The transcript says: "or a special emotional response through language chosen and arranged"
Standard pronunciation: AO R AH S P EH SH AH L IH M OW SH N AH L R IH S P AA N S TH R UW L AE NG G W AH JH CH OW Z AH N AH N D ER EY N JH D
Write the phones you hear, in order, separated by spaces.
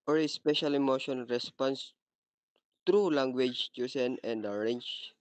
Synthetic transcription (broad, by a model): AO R AH S P EH SH AH L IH M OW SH AH N R IH S P AA N S T R UW L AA NG G W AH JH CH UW S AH N AH N D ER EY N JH